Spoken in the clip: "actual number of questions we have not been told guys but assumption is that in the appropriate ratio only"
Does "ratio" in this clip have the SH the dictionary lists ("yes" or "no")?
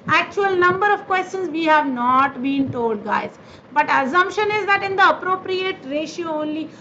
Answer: yes